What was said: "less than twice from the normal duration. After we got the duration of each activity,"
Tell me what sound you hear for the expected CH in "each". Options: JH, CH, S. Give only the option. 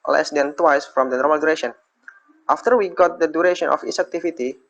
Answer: S